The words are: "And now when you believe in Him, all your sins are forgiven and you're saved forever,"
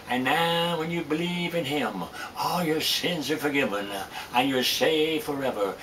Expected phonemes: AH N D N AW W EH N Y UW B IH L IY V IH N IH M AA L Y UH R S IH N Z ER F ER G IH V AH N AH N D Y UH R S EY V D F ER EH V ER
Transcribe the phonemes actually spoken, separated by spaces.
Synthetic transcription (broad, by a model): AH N N AW W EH N Y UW B IH L IY V IH N IH M AA L Y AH R S IH N Z ER F ER G IH V AH N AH N Y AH R S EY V F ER EH V ER